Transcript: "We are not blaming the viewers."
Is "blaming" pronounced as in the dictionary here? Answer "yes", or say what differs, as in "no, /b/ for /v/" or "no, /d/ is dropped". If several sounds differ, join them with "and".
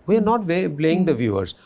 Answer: no, /m/ is dropped